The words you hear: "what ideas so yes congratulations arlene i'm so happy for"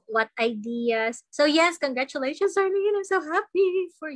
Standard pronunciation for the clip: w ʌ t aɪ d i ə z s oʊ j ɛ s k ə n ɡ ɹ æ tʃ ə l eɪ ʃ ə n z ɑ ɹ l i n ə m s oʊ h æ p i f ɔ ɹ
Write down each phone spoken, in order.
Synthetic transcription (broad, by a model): w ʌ t aɪ d i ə s oʊ j ɛ s k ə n ɡ ɹ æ tʃ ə l eɪ ʃ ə n s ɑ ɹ n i ə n s oʊ h æ p i f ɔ ɹ